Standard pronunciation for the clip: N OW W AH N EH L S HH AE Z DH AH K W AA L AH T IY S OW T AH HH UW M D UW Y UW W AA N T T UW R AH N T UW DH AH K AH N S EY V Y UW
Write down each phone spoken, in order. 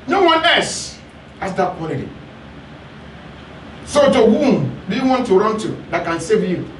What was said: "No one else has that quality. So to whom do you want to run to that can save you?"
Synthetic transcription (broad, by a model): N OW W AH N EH S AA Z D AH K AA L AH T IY S OW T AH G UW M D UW Y UW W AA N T T UW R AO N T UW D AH K AH N S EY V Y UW